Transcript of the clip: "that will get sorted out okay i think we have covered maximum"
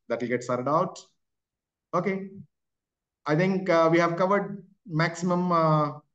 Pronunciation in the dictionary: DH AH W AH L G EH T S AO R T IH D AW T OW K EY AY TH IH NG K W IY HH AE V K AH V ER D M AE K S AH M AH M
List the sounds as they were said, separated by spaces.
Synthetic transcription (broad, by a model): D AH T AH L G EH T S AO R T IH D AW T OW K EY AY T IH NG K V IY HH AE V K AH V ER D M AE K S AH M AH M